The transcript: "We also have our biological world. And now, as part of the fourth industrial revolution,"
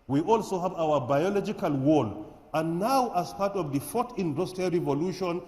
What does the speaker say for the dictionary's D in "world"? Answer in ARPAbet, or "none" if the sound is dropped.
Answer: none